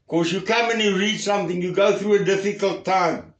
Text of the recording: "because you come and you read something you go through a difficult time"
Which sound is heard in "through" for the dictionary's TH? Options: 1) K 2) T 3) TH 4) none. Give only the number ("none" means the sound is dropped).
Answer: 3